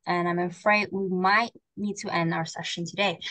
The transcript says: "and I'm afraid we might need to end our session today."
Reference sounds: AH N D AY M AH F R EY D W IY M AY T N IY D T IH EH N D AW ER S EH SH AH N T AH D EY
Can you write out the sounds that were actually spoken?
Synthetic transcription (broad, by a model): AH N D AY M AH F R EY D W IY M AY T N IY D T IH EH N D AW ER S EH SH AH N T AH D EY